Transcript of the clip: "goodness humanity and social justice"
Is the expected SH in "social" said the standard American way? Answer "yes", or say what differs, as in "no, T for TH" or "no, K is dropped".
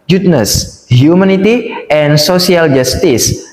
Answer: no, S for SH